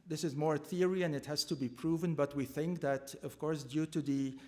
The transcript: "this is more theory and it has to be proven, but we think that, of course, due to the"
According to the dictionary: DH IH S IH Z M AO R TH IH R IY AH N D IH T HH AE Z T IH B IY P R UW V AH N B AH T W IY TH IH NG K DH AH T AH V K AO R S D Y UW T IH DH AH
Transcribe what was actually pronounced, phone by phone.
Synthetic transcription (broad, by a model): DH IH S IH Z M AO R TH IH R IY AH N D IH T HH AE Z T IH B IY P R UW V AH N B AH T W IY TH IH NG K DH AH T AH V K AO R S D Y UW T IH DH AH